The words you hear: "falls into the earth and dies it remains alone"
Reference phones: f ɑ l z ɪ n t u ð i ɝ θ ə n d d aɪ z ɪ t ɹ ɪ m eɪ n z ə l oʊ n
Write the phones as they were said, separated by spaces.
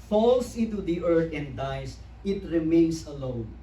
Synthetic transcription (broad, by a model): f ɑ l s ɪ n t u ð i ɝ t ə n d d aɪ s ɪ t ɹ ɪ m eɪ n s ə l oʊ n